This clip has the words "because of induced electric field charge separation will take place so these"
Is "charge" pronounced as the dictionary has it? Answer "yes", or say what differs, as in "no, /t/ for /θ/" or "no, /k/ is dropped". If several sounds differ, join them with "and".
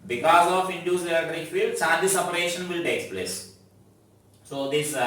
no, /s/ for /tʃ/